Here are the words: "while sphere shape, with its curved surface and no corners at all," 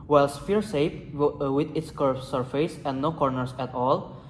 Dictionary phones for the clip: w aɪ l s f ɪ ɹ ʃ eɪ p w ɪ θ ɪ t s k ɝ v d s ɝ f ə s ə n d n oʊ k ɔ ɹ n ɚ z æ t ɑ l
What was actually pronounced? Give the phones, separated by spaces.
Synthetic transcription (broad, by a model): w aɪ l s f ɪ ɹ s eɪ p w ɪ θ ɪ t s k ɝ s ɝ f ə s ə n n oʊ k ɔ ɹ n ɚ s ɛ t ɑ l